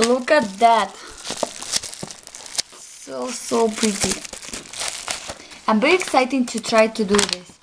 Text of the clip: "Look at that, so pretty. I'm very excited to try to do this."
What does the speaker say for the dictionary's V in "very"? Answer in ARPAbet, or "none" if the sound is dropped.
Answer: B